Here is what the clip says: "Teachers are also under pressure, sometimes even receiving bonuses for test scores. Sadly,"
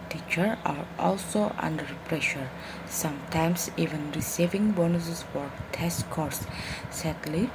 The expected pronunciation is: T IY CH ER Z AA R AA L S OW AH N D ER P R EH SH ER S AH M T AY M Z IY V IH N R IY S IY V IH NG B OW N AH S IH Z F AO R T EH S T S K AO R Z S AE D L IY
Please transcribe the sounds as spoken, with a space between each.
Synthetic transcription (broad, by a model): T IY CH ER AA R AA L S OW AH N D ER P R EH SH ER S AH M T AY M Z IY V IH N R IY S IY V IH NG B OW N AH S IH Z F AO R T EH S S K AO R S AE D L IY